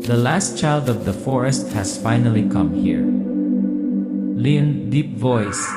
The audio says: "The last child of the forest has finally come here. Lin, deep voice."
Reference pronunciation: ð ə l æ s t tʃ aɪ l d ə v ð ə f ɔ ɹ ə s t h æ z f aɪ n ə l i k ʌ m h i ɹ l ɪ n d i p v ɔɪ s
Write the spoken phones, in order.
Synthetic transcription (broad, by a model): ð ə l æ s t tʃ aɪ l d ə v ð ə f ɔ ɹ ə s t h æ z f aɪ n ə l i k ʌ m h i ɹ l ɪ n d i p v ɔɪ s